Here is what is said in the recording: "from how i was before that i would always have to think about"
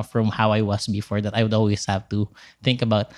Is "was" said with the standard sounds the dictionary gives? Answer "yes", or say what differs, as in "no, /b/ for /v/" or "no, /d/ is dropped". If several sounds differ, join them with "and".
no, /s/ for /z/